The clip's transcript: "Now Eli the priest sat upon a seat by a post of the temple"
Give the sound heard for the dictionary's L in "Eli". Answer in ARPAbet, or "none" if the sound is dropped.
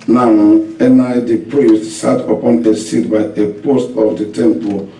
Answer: N